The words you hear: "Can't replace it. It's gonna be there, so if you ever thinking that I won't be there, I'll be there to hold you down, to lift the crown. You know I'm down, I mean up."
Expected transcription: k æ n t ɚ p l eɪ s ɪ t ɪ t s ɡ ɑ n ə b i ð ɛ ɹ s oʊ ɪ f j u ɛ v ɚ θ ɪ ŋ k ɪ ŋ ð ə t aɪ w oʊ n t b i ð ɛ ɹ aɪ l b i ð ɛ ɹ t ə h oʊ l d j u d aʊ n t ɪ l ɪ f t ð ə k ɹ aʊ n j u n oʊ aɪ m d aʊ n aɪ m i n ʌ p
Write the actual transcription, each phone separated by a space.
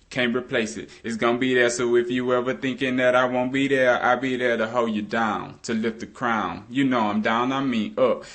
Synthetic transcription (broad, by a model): k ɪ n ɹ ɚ p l eɪ s ɪ t ɪ t s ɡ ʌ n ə b i ð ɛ ɹ s oʊ ɪ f j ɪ ɛ v ɚ θ ɪ ŋ k ɪ ŋ ð ə t aɪ w oʊ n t b i ð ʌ ɹ aɪ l b i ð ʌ ɹ t ə h oʊ l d j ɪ d aʊ n t ɪ l ɪ f t ð ə k ɹ aʊ n j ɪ n oʊ aɪ m d aʊ n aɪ m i ʌ p